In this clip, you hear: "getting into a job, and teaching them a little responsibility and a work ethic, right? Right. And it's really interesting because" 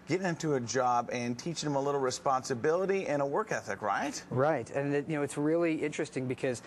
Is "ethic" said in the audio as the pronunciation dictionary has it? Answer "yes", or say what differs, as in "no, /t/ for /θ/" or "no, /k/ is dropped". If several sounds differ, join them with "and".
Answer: yes